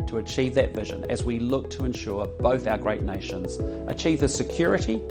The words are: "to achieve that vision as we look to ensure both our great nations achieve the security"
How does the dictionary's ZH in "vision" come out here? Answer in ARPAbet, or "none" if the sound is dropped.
ZH